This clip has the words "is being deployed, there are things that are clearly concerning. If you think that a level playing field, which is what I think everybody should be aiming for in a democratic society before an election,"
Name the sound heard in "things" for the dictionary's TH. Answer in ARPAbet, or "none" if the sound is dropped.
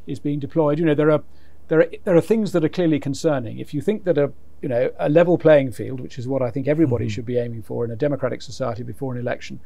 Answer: TH